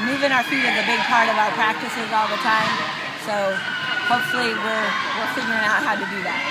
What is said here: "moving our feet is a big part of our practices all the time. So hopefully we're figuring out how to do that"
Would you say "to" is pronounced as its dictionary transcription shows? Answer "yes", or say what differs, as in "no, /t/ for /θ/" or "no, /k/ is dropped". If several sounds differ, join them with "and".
yes